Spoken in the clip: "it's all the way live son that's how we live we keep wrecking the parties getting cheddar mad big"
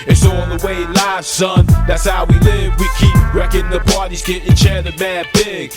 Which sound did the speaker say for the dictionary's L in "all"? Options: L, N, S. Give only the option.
N